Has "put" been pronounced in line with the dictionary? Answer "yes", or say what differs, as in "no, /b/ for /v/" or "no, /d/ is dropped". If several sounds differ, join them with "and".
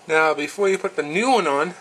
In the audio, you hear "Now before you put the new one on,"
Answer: yes